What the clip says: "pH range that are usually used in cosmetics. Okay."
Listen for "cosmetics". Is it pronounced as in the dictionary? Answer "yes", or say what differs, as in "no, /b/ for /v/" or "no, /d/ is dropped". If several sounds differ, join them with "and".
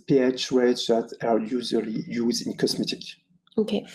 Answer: no, /s/ is dropped